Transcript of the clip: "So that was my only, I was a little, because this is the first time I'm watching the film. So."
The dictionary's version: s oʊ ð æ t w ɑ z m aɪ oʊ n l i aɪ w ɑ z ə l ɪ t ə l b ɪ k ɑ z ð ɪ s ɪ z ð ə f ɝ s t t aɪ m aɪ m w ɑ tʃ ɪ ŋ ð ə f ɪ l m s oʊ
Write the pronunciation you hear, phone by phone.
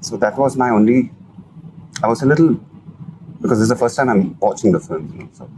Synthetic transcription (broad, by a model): s oʊ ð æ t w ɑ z m aɪ oʊ n l i aɪ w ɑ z ə l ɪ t l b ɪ k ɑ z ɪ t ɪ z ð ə f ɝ s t t aɪ m aɪ m w ɑ tʃ ɪ ŋ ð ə f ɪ l m s oʊ